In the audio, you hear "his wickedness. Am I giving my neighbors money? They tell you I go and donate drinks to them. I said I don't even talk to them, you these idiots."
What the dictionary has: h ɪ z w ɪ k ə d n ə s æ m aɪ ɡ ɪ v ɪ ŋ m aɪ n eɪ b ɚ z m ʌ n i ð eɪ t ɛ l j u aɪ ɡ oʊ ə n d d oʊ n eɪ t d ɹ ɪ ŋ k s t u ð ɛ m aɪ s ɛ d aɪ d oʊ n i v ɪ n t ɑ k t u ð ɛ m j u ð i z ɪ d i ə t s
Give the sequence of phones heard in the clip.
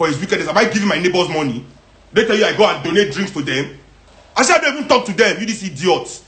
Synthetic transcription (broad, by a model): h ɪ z w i k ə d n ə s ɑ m aɪ ɡ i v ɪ m aɪ n eɪ b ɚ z m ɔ n i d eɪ t ɛ l j u aɪ ɡ oʊ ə n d d oʊ n eɪ t d ɹ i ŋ k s t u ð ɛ m aɪ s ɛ aɪ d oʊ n i v ɪ n t ɑ k t u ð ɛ m j u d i s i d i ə t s